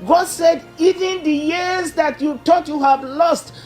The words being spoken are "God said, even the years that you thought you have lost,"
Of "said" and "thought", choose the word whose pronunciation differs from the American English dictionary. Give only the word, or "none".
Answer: thought